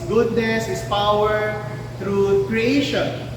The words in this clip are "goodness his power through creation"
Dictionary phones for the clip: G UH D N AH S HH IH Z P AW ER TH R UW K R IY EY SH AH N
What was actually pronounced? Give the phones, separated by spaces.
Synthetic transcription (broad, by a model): G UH D N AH S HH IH S P AW ER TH R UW K R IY EY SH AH N